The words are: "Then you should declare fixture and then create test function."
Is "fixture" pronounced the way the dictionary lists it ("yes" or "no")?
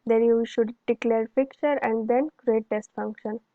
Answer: no